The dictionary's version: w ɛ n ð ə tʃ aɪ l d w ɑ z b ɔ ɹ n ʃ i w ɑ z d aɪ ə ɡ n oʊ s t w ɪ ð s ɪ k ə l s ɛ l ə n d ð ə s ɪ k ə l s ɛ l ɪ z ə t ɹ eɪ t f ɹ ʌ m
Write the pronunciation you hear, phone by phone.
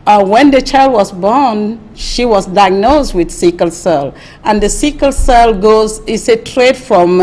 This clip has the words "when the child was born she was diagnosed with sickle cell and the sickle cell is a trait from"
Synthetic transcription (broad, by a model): w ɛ n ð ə tʃ aɪ l d w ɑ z b ɔ ɹ n ʃ i w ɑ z d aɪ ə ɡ n oʊ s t w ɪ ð s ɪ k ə l s ɛ l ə n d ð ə s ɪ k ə l s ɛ l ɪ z ə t ɹ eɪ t f ɹ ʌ m